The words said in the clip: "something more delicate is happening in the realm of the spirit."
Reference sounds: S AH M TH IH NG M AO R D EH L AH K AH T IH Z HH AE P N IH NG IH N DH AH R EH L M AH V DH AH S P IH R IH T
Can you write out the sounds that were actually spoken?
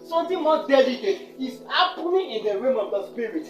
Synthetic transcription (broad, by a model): S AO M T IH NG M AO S D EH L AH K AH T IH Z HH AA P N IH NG IH N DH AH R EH M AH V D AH S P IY R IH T